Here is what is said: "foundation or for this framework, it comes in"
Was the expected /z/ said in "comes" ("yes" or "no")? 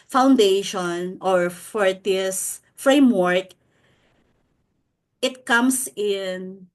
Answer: no